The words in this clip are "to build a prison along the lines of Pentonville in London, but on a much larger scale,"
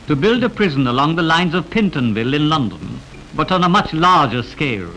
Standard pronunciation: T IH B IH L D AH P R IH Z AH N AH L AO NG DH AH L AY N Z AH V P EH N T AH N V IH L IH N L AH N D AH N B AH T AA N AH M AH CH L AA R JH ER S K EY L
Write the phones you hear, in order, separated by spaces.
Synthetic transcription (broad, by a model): T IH B IH L D AH P R IH Z AH N AH L AO NG DH AH L AY N Z AH V P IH N T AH N V IH L IH N L AH N D AH N B AH T N AH M AH CH L AA R JH ER S K EY L